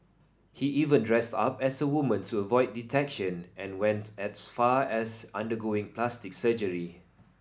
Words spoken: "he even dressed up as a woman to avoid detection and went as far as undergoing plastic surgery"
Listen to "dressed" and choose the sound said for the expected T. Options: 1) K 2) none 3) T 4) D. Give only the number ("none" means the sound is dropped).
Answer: 3